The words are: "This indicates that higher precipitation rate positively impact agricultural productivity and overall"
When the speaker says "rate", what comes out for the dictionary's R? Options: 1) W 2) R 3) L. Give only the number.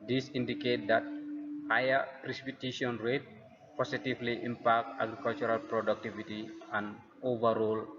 2